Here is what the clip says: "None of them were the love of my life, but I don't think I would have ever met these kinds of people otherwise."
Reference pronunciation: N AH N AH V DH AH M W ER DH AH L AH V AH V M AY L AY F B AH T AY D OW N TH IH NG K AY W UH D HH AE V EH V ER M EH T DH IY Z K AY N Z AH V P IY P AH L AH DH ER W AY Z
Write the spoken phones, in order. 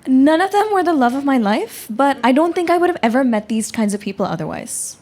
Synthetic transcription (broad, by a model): N AH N AH V DH AH M W ER DH AH L AH V AH V M AY L AY F B AH T AY D OW N TH IH NG K AY W UH D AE V EH V ER M EH T DH IY Z K AY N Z AH V P IY P L AH DH ER W AY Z